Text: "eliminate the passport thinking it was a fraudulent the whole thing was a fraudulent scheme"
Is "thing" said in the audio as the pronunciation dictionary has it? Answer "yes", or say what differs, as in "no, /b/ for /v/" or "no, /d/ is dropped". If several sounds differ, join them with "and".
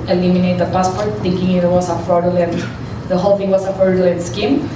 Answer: no, /f/ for /θ/